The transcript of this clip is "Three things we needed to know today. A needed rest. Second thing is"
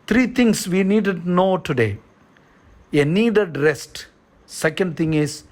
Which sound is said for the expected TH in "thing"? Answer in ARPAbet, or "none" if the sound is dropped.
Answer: T